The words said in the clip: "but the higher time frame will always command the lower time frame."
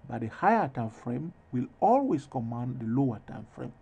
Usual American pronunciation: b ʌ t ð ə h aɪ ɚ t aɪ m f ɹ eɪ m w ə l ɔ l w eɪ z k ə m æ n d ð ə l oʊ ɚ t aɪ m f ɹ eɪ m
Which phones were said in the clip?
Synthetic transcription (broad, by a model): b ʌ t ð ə h aɪ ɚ t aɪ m f ɹ eɪ m w ə l ɔ l w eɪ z k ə m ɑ n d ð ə l oʊ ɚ t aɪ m f ɹ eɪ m